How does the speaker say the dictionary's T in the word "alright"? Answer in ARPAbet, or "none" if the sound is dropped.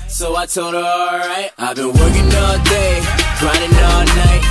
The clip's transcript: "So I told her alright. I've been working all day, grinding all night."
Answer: T